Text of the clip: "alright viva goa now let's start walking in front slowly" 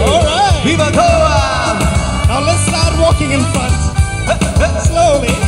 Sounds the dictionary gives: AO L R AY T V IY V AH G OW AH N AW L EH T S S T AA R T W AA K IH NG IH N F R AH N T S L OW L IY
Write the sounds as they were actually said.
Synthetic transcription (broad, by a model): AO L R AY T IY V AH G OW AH N AW L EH T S S T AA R T W AA K IH NG IH N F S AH T S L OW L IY